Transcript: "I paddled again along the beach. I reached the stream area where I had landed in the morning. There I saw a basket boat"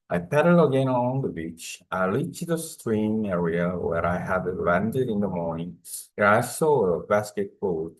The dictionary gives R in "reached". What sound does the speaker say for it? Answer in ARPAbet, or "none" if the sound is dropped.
L